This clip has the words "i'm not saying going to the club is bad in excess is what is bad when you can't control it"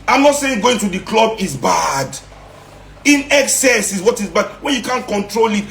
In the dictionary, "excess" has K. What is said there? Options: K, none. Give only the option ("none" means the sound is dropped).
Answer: K